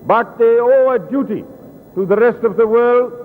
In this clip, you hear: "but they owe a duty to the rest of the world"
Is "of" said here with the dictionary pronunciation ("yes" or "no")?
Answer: yes